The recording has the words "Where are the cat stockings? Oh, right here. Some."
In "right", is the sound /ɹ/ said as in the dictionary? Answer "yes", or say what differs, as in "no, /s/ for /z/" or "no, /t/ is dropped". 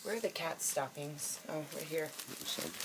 no, /w/ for /ɹ/